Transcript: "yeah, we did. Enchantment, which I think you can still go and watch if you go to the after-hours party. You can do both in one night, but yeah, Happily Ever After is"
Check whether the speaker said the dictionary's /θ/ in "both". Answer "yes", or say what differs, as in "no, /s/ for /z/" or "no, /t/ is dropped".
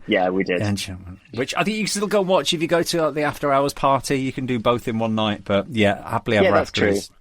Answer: yes